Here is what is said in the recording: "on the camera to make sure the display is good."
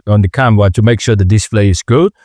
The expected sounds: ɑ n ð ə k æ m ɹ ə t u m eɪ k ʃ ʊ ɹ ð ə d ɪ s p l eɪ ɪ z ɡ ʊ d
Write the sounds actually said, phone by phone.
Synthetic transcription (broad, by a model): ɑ n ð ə k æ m w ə t u m eɪ k ʃ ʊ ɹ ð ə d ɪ s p l eɪ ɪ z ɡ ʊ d